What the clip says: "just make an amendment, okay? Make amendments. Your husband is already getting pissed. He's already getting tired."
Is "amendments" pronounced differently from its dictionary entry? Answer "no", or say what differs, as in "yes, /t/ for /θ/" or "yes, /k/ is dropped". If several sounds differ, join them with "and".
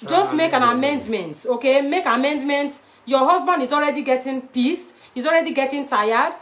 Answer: yes, /s/ is dropped